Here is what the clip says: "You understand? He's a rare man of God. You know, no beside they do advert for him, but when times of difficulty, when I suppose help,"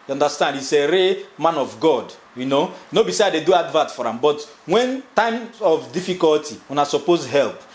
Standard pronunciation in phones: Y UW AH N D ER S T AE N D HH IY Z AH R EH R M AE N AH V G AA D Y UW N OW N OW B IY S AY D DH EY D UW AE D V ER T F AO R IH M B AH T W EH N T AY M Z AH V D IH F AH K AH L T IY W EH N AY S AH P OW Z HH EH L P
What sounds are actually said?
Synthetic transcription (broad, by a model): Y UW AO N D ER S T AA N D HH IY S AH R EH M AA N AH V G AA D Y UW N OW N OW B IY S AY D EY D UW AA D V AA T F AO R IH M B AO T W EH N T AY M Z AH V D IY F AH K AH L T IY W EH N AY S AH P OW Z HH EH L P